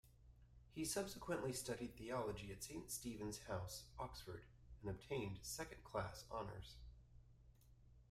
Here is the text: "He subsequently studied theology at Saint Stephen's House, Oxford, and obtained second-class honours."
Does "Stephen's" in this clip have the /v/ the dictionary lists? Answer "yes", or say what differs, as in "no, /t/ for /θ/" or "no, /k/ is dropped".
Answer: yes